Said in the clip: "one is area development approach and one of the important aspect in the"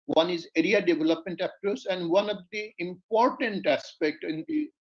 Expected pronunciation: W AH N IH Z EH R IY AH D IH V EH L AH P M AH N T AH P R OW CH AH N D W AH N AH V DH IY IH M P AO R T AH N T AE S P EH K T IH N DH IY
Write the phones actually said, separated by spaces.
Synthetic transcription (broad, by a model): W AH N IH Z EH R IY AH D IH V EH L AH P M AH N T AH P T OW S AH N D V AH N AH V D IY IH M P AO R T AH N T AE S P EH K T IH N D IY